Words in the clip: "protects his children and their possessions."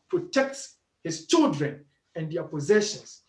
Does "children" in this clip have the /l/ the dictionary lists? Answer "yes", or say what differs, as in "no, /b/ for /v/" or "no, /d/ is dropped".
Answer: yes